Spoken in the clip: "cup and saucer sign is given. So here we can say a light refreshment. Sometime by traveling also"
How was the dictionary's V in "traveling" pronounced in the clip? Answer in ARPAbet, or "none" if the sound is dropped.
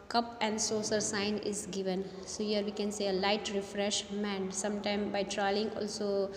none